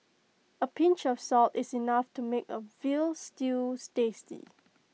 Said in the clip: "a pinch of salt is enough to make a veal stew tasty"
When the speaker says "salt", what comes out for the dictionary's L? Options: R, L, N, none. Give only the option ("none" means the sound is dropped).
L